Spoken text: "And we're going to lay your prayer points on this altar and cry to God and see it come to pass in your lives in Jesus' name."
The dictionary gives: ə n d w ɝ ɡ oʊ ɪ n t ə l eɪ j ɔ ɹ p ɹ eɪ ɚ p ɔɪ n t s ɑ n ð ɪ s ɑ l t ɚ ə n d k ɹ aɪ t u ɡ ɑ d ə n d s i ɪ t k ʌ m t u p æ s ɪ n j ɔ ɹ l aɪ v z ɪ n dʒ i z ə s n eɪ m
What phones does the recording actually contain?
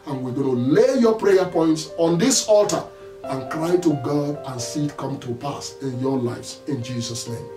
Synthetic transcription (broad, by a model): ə n w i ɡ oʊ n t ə l eɪ j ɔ p ɹ eɪ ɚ p ɔɪ n t s ɑ n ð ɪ s ɑ l t ɚ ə n k ɹ aɪ t u ɡ ɑ d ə n s i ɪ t k ʌ m t u p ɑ s ɪ n j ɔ l aɪ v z ɪ n dʒ i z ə s n eɪ m